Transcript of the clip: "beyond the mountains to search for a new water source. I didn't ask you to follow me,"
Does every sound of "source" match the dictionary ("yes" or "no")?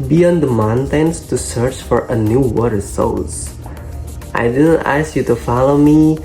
no